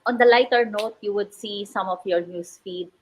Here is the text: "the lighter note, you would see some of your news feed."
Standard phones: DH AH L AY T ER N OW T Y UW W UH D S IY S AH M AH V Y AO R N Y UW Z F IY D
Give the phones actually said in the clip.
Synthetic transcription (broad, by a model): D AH L AY T ER N OW T Y UW W UH D S IY S AH M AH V Y AO R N Y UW S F IY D